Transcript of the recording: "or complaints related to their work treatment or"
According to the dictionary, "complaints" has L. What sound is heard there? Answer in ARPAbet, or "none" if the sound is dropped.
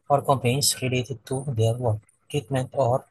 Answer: none